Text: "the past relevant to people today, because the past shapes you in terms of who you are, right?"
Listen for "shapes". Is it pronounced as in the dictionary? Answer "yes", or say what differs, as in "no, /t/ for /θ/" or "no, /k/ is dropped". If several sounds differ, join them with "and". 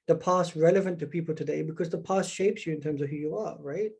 yes